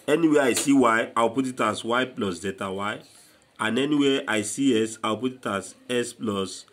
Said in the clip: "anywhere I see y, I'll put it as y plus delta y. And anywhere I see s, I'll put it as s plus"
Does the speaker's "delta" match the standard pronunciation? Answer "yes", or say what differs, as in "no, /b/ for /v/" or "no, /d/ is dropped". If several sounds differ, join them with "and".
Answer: no, /l/ is dropped